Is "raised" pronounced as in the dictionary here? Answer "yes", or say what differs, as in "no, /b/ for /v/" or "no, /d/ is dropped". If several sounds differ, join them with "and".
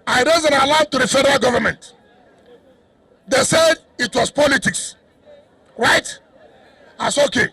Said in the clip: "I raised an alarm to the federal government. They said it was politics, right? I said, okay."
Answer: no, /d/ is dropped